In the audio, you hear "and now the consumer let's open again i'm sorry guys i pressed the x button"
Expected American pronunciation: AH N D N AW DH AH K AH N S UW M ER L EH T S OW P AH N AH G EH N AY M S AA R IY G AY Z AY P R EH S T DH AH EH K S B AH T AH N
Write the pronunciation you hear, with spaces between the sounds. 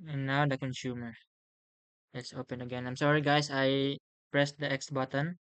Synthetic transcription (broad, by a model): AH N N AW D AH K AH N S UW M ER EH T S OW P AH N AH G EH N AY M S AA R IY G AY S AY P R EH S T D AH EH K S B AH T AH N